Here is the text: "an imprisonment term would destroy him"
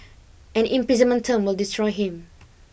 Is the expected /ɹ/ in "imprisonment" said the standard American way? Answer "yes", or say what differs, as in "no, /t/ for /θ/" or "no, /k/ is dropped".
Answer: no, /ɹ/ is dropped